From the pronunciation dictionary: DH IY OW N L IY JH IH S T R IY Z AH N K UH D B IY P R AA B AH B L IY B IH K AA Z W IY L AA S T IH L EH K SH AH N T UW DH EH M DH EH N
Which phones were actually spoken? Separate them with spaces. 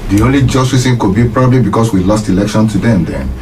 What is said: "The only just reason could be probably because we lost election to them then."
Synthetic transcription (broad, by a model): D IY OW N L IY JH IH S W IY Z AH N K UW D B IY P R AA B AH B L IY B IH K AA S W IY L AA S T IH L EH K SH AH N T UW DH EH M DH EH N